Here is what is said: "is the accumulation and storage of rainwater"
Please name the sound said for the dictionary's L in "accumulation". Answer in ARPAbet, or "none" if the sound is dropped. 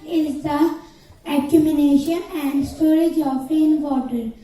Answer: N